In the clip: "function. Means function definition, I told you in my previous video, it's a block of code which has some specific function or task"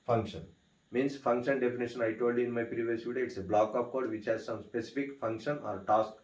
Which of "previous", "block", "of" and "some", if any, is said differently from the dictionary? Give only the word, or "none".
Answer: of